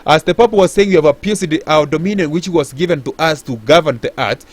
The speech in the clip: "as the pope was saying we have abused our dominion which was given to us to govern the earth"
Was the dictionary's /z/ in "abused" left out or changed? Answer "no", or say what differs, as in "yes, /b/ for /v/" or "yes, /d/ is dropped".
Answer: yes, /s/ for /z/